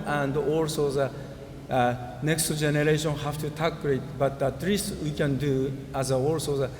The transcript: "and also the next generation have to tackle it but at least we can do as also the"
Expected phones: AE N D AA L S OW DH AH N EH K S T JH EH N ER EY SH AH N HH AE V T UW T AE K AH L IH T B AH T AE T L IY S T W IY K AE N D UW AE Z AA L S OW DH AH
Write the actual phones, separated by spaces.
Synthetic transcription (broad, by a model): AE N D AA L S OW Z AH N EH K S T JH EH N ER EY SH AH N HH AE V T UW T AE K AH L IH T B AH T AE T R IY S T W IY K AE N D UW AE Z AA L S OW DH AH